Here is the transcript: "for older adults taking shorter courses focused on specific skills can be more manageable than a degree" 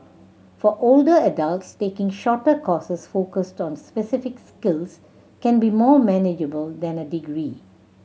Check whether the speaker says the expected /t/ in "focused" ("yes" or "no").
yes